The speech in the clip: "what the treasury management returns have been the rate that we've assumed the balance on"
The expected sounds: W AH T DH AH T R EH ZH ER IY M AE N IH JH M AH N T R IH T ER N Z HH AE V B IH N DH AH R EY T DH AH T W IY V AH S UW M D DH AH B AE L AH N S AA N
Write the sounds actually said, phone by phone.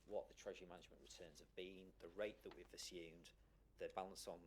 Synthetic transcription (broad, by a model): W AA T DH AH T R EH ZH ER IY M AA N IH JH M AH N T R IH T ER N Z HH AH V B IH N DH AH R EY T DH AH T W IY V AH S UW M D DH AH B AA L AH N S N